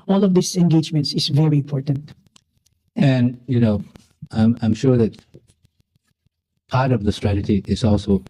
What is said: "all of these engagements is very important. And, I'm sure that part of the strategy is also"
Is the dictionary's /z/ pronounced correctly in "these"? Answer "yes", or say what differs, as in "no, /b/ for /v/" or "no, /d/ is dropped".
no, /s/ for /z/